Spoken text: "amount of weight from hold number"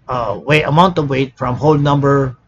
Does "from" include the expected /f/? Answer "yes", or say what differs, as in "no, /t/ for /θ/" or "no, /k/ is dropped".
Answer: yes